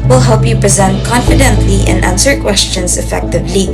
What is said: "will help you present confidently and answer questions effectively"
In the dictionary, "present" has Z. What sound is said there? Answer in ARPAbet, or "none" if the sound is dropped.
Z